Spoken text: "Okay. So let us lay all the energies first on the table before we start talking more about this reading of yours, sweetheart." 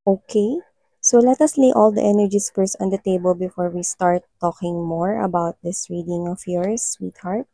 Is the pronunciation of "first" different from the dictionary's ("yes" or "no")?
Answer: yes